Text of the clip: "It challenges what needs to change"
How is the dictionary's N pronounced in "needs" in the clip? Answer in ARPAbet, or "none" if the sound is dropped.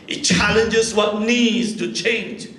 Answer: N